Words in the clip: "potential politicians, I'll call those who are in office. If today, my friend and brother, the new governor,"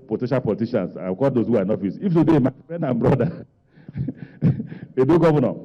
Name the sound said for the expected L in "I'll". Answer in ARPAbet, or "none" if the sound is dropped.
W